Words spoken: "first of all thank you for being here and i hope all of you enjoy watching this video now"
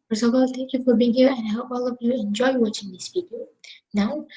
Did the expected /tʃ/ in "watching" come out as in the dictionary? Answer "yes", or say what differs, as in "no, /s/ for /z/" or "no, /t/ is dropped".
yes